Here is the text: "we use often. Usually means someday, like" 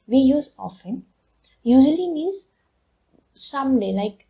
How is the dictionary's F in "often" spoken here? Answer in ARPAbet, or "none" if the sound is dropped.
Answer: F